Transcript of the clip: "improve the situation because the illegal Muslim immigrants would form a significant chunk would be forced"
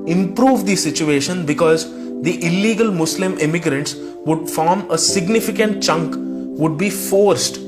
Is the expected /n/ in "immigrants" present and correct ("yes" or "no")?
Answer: yes